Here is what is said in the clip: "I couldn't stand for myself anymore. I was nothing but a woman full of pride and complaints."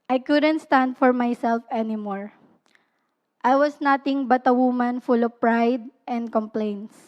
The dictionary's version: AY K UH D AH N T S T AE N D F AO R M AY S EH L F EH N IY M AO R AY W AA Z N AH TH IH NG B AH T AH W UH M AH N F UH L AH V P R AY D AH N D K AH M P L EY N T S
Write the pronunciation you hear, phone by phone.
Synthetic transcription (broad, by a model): AY K UH D AH N T S T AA N D F AO R M AY S EH L F EH N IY M AO R AY W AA S N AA T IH NG B AH T AH W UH M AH N F UH L AH V P R AY D AH N D K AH M P L EY N T S